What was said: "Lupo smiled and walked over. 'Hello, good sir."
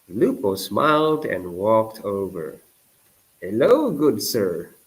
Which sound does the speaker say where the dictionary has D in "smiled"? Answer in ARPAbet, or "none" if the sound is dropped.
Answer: D